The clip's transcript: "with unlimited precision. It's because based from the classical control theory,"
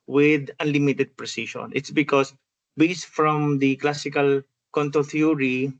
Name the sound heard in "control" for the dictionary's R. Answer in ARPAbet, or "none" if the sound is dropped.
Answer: none